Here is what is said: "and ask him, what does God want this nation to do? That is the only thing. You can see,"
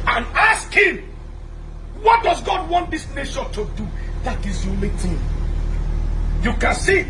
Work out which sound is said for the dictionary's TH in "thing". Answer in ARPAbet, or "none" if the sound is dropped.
T